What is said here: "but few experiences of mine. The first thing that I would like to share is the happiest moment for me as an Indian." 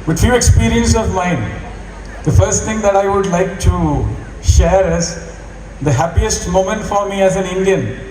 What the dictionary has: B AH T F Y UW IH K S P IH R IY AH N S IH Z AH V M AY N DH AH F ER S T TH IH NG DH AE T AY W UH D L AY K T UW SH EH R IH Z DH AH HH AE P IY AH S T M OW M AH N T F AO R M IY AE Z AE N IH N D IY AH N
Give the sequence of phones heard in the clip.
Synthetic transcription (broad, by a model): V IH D F Y UW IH K S P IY R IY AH N S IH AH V M AY N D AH F ER S T T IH NG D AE T AY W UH D L AY K T UW SH EH R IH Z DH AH HH AE P IY AH S T M OW M AH N T F AO R M IY AE Z AE N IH N D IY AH N